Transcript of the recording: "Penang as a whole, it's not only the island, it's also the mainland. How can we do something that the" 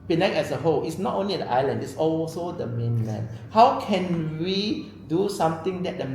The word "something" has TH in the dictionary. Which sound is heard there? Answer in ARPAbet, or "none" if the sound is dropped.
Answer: T